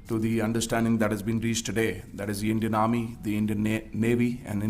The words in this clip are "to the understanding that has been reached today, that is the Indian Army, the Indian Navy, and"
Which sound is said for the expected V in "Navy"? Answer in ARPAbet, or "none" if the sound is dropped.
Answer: V